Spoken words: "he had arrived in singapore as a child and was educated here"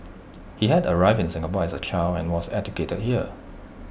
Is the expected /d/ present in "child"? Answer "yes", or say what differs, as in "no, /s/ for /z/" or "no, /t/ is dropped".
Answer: no, /d/ is dropped